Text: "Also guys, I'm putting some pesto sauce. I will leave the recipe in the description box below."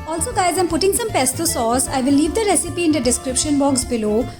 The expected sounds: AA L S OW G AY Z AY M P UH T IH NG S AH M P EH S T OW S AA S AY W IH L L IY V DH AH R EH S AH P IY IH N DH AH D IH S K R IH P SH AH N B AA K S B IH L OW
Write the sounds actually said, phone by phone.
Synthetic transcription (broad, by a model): AA L S OW G AY Z AY M P UH T IH NG S AH M P EH S T OW S AA S AY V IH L L IY V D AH R EH S AH P IY IH N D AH D IH S K R IH P SH AH N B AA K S B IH L OW